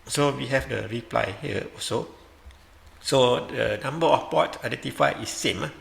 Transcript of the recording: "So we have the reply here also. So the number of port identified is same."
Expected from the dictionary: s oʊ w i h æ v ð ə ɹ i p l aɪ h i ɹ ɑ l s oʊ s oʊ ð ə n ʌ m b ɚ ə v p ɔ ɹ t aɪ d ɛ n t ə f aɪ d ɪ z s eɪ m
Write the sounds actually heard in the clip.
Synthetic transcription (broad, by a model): s oʊ w i h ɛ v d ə ɹ i p l aɪ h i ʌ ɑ s oʊ s oʊ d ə n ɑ m b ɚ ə f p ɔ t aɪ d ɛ n t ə f aɪ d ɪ s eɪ m